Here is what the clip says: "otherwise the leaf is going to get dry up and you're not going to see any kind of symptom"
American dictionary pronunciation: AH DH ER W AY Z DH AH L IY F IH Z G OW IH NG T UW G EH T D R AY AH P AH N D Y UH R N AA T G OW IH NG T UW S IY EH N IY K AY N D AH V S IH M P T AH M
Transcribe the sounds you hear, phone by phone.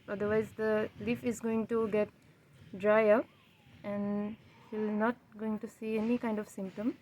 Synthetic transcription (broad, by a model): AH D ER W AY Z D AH L IY F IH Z G OW IH NG T UW G EH T D R AY AH P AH N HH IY L N AA T G OW IH NG T UW S IY EH N IY K AY N D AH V S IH M P T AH M